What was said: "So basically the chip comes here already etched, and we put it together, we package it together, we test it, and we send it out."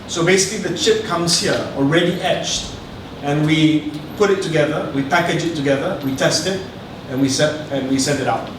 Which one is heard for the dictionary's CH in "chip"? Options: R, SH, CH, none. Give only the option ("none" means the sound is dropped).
CH